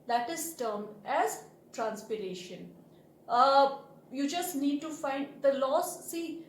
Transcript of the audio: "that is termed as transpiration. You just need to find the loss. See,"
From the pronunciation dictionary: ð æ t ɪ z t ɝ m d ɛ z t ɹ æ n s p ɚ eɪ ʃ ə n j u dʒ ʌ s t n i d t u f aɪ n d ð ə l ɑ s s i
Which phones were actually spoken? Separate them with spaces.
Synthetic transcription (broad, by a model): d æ t ɪ z t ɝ m ɛ z t ɹ æ n s p ɚ eɪ ʃ ə n j u dʒ ʌ s t n i d t u f aɪ n d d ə l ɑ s s i